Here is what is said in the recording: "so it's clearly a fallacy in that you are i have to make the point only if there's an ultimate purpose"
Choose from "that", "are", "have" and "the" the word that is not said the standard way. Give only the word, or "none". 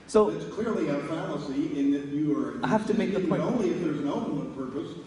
have